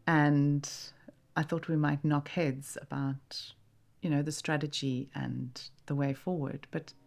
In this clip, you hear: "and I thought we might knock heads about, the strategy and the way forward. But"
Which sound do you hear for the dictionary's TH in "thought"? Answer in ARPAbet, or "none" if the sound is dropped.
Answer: TH